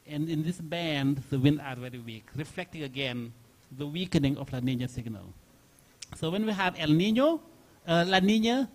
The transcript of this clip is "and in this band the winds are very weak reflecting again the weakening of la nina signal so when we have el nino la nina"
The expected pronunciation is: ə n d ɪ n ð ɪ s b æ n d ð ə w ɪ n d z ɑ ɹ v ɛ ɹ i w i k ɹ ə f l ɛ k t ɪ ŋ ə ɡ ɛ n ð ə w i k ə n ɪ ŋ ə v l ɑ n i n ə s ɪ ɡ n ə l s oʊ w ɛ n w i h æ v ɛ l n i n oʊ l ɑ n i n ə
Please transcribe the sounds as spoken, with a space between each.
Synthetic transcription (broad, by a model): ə n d ɪ n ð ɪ s b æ n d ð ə w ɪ n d ɑ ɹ v ɛ ɹ i w i k ɹ ə f l ɛ k t ɪ ŋ ə ɡ ɛ n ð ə w i k ə n ɪ ŋ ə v l ɑ n i n ə s ɪ ɡ n ə l s oʊ w ɛ n w i h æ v ɛ l n i n oʊ l ɑ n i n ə